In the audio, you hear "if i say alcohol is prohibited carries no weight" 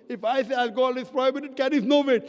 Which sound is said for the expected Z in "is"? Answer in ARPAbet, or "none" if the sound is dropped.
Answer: S